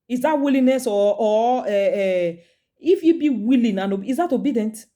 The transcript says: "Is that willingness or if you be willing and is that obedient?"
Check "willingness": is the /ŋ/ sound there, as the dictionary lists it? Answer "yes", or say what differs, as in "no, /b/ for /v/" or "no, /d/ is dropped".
no, /ŋ/ is dropped